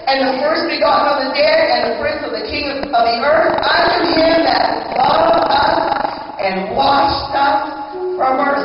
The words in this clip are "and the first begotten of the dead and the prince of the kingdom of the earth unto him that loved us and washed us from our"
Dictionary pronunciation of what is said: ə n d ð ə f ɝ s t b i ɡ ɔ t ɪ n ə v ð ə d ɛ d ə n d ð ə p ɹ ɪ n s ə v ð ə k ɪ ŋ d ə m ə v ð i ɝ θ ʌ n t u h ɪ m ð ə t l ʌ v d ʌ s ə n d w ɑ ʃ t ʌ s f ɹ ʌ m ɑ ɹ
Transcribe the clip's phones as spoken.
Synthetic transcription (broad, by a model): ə n ð ə f ɝ s t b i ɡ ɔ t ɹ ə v ð ə d ɛ d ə n ð ə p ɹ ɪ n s ə v ð ə k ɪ ŋ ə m ə v ð i ɝ θ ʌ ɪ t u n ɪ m ð ə t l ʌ d ʌ s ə n w ɑ ʃ t ʌ s f ɹ ʌ m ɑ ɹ